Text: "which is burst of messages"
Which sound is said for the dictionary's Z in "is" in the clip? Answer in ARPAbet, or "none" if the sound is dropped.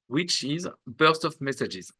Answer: Z